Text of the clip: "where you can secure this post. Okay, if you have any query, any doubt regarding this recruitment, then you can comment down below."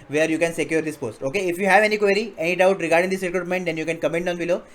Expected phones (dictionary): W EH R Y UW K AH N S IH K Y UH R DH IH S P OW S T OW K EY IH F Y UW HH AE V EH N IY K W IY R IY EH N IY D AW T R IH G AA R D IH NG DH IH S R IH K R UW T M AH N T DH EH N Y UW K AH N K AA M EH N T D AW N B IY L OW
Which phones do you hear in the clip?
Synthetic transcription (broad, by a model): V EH R Y UW K AH N S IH K Y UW R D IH S P OW S T OW K EY IH F Y UW HH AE V EH N IY K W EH R IY EH N IY D AW T R IH G AA R D IH NG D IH S R IH K R UW T M AH N T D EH N Y UW K AH N K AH M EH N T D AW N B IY L OW